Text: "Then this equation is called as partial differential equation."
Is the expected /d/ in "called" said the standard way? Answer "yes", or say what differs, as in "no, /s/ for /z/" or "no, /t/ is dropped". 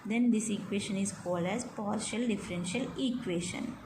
yes